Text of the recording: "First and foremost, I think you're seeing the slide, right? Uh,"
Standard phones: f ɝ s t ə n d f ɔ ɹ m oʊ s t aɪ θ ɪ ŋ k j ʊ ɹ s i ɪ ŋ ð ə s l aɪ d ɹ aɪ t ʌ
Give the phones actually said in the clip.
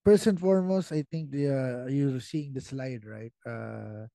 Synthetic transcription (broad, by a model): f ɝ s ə n f ɔ ɹ m oʊ s t aɪ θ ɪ ŋ k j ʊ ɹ s i ɪ ŋ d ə s l aɪ d ɹ aɪ t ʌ